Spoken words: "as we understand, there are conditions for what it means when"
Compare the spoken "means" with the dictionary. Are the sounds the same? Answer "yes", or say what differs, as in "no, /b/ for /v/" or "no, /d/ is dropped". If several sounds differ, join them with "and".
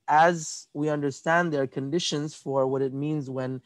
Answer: yes